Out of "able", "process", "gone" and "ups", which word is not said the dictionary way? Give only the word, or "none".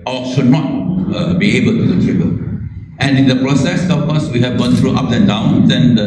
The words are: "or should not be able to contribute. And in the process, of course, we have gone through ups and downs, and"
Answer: ups